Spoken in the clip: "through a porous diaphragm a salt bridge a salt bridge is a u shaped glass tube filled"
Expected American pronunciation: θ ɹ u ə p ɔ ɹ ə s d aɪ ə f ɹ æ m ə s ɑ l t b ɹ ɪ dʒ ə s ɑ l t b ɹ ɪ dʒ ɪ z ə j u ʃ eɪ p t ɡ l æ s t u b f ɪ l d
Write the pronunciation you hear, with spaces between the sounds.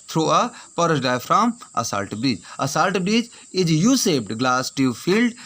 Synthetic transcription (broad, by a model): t ɹ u ə p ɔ ɹ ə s d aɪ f ɹ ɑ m ə s ɑ l t b ɹ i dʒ ə s ɑ l t b ɹ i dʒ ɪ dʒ j u s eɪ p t ɡ l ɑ s t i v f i l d